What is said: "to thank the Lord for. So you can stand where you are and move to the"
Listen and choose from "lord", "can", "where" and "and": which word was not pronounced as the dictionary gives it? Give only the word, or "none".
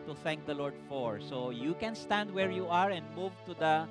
none